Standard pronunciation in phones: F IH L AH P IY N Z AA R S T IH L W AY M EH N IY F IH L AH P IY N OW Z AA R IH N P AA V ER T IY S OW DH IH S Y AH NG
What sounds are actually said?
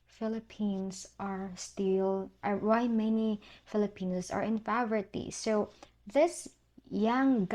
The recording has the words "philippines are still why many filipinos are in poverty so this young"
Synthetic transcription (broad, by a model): F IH L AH P IY N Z AA R S T IH L W AY M EH N IY F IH L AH P IY N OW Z AA R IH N F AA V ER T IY S OW DH IH S Y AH NG